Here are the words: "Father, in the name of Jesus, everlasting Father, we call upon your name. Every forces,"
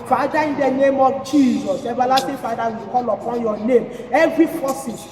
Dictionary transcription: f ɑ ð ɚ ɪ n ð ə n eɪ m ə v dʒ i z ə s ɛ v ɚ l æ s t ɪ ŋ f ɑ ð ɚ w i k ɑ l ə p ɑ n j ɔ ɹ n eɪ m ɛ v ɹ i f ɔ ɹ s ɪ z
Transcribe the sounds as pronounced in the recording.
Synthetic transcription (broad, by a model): f ɑ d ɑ ɪ n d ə n eɪ m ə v dʒ i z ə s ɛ b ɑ l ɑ t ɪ f ɑ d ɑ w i k ɑ l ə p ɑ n j ɔ n eɪ m ɛ v ɹ i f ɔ s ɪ